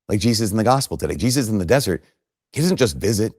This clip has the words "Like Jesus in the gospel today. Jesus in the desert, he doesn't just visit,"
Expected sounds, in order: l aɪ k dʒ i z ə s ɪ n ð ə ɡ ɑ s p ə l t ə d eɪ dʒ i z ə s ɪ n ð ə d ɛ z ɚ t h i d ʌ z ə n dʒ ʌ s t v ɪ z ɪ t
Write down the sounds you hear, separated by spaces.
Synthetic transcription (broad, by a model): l aɪ k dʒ i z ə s n ð ə ɡ ɑ s p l t ə d eɪ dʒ i z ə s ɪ n ð ə d ɛ z ɚ t h i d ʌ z n dʒ ʌ s t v ɪ z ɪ t